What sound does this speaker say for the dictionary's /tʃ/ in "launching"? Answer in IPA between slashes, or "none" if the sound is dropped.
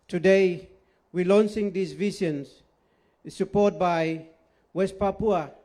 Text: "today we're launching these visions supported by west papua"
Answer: /s/